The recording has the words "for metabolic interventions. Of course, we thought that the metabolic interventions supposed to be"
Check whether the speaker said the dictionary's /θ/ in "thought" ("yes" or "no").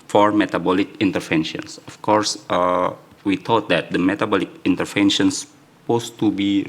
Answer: no